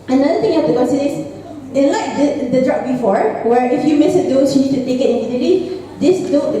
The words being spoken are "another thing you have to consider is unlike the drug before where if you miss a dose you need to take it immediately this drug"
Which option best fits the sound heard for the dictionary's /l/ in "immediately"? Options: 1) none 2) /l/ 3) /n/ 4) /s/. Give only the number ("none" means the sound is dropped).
1